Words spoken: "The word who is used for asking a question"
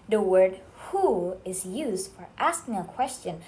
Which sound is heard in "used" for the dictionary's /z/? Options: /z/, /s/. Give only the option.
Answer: /z/